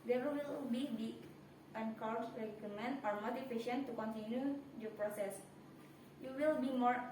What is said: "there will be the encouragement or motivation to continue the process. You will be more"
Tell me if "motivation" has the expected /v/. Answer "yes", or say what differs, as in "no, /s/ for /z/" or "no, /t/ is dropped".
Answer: no, /f/ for /v/